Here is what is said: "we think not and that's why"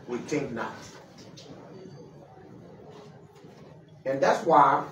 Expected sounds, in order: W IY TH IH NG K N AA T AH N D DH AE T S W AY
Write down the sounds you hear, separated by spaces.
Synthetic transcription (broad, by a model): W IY T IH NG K N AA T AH N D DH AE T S W AY